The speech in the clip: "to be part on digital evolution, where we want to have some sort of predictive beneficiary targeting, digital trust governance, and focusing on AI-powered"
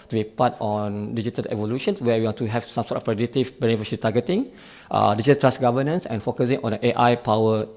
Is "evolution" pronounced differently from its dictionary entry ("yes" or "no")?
no